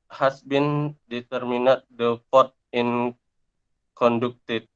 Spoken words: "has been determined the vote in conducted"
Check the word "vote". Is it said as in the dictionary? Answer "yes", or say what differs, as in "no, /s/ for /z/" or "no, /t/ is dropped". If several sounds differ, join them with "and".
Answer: no, /f/ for /v/